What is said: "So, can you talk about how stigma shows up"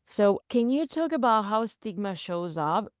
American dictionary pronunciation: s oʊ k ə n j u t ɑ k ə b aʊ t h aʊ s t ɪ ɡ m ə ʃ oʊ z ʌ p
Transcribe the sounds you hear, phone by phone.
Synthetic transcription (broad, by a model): s oʊ k ə n j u t ɑ k ə b aʊ t h aʊ s t ɪ ɡ m ə ʃ oʊ z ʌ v